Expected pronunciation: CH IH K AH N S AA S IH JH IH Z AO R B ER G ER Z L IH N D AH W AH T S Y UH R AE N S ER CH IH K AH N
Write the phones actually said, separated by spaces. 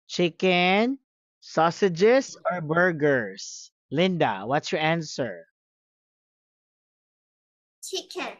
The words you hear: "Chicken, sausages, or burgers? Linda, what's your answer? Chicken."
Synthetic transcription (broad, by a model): CH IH K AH N S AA S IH JH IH S AO R B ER G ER S L IH N D AH W AH T S Y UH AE N S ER CH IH K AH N